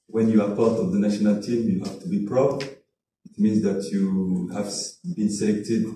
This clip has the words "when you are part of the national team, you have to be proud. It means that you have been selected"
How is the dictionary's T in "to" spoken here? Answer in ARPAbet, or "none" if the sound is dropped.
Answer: T